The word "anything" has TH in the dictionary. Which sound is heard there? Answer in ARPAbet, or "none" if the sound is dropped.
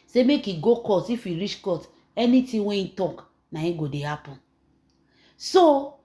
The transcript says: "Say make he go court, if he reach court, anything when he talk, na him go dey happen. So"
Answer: T